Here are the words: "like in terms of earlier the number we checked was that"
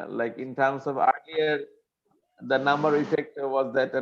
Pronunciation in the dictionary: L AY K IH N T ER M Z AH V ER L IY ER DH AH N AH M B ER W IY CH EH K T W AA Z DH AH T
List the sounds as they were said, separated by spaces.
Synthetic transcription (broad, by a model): L AY K IH N T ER M S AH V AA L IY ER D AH N AH M B ER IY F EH K T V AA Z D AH T